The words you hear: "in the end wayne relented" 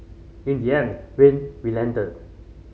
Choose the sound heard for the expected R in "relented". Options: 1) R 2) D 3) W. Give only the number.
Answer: 3